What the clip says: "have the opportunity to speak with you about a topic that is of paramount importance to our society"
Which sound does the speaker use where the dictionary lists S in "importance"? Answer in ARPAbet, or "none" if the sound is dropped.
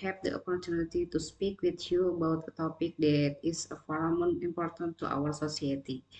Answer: none